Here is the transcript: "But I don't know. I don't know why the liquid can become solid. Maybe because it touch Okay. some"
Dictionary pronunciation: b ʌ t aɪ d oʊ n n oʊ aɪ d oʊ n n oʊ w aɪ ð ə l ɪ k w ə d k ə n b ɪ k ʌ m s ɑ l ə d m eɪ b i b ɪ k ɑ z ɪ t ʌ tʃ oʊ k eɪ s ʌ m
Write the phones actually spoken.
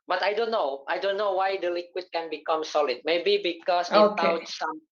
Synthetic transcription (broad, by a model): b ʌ t aɪ d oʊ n n oʊ aɪ d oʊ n n oʊ w aɪ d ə l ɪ k w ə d k ə n b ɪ k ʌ m s ɑ l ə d m eɪ b i b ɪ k ɑ s ɪ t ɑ ʊ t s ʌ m